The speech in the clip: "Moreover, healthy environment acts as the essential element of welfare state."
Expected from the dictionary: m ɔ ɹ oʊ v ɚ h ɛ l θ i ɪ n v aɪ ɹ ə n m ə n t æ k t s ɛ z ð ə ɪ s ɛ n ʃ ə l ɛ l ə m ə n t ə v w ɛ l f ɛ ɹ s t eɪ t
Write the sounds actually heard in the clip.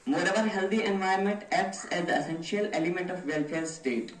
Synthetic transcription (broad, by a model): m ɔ ɹ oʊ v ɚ h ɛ l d i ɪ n v aɪ ə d m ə n t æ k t s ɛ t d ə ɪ s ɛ n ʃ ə l ɛ l ə m ə n t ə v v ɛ l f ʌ ɹ s t eɪ t